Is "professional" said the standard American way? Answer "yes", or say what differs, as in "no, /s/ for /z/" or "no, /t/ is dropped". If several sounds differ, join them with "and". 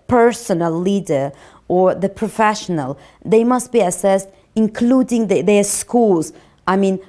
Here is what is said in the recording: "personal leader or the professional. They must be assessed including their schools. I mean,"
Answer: yes